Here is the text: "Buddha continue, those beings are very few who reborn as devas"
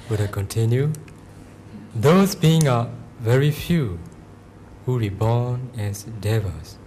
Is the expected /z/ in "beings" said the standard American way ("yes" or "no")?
no